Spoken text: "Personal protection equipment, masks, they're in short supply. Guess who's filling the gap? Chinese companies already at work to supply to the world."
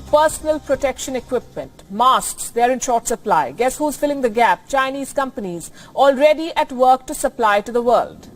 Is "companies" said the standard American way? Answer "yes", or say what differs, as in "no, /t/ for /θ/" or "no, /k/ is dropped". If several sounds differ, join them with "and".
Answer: yes